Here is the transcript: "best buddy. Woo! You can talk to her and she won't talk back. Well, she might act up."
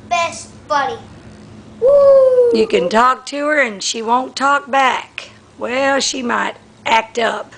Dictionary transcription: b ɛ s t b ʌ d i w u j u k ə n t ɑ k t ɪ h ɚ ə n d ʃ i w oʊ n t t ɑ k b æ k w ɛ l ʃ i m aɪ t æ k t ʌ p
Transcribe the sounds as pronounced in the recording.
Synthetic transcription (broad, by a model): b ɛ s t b ʌ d i w u j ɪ k ə n t ɑ k t ɪ ɚ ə n ʃ i w oʊ n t t ɑ k b æ k w ɛ l ʃ i m aɪ t æ k t ʌ p